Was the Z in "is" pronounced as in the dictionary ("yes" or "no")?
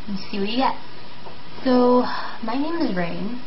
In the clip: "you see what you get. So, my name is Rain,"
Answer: yes